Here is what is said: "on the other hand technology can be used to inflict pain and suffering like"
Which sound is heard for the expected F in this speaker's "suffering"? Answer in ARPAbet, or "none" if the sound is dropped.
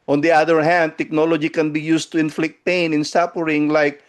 P